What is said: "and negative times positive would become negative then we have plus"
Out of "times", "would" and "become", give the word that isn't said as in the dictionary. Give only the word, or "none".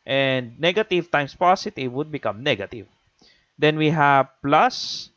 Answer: times